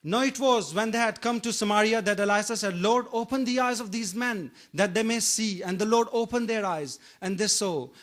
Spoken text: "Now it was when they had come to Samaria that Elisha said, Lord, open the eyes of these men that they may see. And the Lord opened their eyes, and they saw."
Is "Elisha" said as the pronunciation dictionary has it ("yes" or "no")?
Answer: no